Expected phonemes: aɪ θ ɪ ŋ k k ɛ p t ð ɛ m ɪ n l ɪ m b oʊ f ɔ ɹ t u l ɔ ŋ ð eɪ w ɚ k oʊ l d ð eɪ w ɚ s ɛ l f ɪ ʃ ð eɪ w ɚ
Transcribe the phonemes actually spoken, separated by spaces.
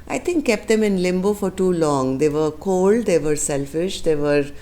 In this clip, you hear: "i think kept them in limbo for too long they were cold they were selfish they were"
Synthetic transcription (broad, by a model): aɪ t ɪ ŋ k k ɛ p t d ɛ m ɪ n l ɪ m b oʊ f ɔ ɹ t u l ɔ ŋ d eɪ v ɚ k oʊ l d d eɪ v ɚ s ɛ l f ɪ ʃ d eɪ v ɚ